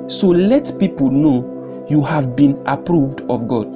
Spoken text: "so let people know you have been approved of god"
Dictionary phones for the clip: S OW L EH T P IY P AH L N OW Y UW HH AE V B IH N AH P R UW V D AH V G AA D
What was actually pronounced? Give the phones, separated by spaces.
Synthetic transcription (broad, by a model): S OW L EH T P IY P AH L N OW Y UW HH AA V B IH N AH P R UW V D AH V G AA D